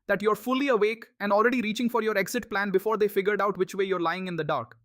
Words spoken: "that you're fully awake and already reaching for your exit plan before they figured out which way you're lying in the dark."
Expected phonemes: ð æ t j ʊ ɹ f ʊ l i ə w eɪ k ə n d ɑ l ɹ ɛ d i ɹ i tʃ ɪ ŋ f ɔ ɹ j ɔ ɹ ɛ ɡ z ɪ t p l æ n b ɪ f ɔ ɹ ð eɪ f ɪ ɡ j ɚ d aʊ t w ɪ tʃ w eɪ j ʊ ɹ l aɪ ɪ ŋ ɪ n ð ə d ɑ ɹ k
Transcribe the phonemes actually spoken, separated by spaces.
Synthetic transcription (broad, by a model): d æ t j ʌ ɹ f ʊ l i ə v eɪ k ə n d ɑ l ɹ ɛ d i ɹ i tʃ ɪ ŋ f ɔ ɹ j ɔ ɹ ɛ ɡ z ɪ t p l æ n b ɪ f ɔ ɹ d eɪ f ɪ ɡ j ɚ d aʊ t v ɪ tʃ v eɪ j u ɹ l aɪ ɪ ŋ ɪ n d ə d ɑ ɹ k